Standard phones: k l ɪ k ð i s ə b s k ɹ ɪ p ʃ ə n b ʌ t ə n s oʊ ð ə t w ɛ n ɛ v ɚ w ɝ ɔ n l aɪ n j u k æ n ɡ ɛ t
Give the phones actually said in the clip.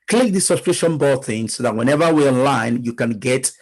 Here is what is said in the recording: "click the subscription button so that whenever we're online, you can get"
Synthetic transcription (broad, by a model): k l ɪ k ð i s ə s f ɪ ʃ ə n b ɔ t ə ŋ s oʊ ð ə t w ɛ n ɛ v ɚ w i ɔ n l aɪ n j u k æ n ɡ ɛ t